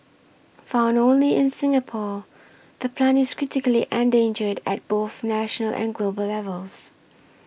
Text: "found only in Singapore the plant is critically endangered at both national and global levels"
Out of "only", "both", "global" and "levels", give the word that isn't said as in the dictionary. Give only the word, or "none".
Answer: none